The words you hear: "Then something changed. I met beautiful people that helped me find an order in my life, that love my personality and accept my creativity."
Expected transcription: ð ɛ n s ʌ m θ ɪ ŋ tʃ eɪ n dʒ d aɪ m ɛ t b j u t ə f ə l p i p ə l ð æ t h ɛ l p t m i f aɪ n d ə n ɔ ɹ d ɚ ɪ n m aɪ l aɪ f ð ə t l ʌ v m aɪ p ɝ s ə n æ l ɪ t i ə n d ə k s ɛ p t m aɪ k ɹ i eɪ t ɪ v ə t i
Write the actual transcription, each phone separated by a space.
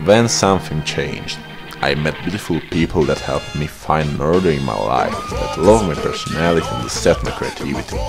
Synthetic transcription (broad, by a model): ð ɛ n s ʌ m θ ɪ ŋ tʃ eɪ n dʒ d aɪ m ɛ t b j u t ə f ə l p i p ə l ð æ t h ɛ l p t m i f aɪ n d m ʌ ɹ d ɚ ɪ n m aɪ l aɪ f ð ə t l ʌ v m aɪ p ɝ s ə n æ l ɪ t i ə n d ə s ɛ t m aɪ k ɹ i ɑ t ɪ v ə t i